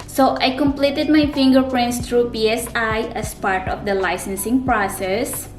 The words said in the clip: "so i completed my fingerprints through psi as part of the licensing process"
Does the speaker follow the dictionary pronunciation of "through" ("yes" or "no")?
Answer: no